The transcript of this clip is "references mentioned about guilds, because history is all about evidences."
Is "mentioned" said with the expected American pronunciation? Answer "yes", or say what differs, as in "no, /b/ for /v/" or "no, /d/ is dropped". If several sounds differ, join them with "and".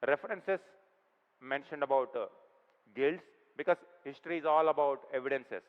yes